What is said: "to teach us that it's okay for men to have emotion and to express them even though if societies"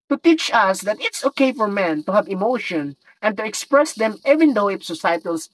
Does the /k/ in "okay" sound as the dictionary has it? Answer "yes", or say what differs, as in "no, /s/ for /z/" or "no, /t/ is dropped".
yes